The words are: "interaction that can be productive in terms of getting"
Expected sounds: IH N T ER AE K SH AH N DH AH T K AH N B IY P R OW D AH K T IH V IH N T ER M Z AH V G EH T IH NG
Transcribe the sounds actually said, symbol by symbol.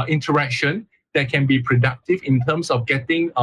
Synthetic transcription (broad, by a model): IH N T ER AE K SH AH N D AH T K AH N B IY P R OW D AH K T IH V IH N T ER M S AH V G EH T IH NG